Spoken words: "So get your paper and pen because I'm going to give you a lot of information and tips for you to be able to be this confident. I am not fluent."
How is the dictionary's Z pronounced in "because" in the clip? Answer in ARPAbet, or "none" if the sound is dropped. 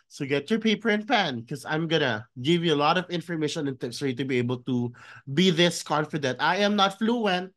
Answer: none